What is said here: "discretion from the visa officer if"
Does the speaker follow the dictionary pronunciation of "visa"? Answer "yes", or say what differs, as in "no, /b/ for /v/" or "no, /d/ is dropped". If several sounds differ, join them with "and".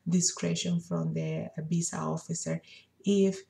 no, /b/ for /v/